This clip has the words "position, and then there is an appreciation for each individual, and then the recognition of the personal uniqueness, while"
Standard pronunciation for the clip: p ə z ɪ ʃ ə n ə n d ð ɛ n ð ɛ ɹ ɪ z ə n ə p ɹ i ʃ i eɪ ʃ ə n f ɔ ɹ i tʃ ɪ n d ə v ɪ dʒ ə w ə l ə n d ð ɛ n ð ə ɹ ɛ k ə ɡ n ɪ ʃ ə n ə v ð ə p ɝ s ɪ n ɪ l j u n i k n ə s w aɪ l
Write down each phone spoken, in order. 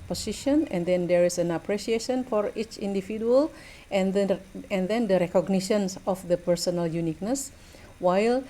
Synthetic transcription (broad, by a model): p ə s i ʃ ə n ə n d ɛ n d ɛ ɹ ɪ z ə n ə p ɹ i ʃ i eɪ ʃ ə n f ɔ ɹ i tʃ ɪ n d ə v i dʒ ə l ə n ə n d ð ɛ n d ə ɹ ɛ k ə ɡ n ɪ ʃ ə n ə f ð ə p ɝ s ɪ n ɪ l j u n i k n ə s w aɪ l